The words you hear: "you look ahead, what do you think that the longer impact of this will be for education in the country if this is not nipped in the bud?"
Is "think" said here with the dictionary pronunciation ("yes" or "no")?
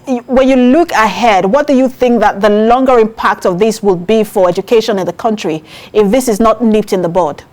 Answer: yes